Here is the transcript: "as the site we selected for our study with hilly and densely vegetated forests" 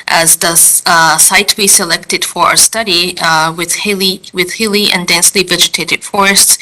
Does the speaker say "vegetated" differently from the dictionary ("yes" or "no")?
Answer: no